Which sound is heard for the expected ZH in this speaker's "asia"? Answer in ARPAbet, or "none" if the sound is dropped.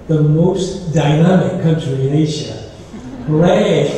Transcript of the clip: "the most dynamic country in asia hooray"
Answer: SH